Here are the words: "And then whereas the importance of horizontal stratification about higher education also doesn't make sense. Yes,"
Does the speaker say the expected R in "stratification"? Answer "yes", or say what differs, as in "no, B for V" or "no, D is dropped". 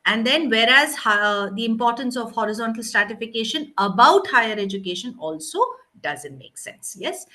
yes